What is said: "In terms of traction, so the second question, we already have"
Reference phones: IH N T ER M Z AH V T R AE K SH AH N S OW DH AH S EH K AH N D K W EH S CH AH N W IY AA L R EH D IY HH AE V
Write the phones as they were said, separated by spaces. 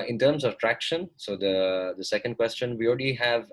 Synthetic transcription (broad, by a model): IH N T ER M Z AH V T R AE K SH AH N S OW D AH S EH K AH N D K W EH S CH AH N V IY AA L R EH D IY HH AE V